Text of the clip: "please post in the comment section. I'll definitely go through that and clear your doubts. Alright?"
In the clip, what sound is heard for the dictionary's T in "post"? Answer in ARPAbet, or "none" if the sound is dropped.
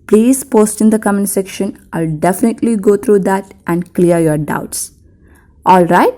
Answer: T